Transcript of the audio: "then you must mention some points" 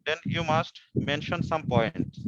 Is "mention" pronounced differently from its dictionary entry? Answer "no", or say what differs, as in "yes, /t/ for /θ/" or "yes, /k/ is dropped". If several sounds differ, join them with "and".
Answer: no